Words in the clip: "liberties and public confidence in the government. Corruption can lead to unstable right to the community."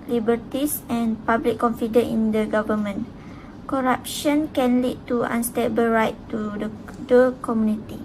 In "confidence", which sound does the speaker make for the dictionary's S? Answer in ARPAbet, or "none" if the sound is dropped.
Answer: none